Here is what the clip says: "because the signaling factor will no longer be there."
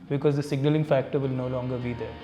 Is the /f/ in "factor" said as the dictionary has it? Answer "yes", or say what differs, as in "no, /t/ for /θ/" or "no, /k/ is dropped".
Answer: yes